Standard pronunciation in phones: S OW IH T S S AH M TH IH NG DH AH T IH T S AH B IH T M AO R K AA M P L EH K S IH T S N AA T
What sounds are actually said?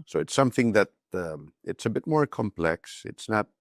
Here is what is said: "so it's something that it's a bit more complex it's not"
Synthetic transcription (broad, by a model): S OW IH T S S AH M TH IH NG DH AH T IH T S AH B IH T M AO R K AA M P L EH K S IH T S N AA T